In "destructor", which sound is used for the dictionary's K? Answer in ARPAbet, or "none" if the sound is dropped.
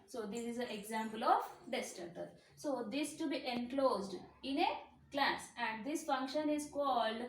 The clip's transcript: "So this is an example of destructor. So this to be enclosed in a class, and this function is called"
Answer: none